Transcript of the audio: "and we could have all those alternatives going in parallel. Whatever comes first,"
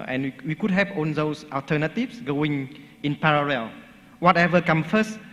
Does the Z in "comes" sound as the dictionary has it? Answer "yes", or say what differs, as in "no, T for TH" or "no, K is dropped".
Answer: no, Z is dropped